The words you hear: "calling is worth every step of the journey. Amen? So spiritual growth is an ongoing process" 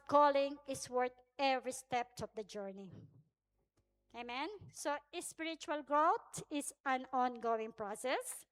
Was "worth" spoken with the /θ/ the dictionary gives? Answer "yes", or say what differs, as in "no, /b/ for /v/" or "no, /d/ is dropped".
no, /t/ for /θ/